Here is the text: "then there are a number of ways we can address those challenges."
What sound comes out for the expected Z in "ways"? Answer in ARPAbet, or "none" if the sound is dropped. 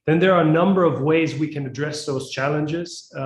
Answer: Z